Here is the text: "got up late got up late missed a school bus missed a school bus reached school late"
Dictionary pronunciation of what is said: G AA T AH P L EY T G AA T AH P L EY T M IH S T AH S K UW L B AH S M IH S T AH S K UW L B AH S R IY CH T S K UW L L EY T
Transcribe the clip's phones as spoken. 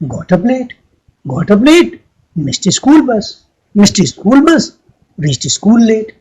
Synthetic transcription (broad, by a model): G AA T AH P L EY T G AA T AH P L EY T M IH S T AH S K UW L B AH S M IH S T AH S K UW L B AH S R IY S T S K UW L L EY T